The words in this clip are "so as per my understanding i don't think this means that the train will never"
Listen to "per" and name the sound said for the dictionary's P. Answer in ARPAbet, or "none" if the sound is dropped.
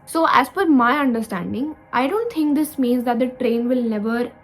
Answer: F